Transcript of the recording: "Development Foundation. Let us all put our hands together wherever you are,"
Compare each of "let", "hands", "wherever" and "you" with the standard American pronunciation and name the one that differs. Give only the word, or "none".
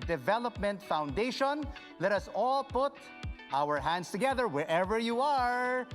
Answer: hands